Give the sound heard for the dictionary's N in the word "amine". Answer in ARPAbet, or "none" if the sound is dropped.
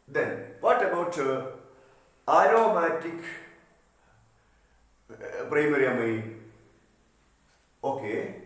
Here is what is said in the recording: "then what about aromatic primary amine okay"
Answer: none